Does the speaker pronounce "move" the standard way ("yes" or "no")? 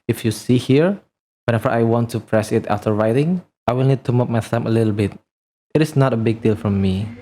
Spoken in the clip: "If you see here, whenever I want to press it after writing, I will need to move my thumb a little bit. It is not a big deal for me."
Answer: no